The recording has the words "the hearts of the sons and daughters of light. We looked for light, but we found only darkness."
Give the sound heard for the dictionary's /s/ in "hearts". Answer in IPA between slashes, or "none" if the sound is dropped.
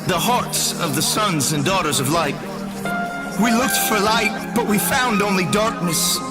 /s/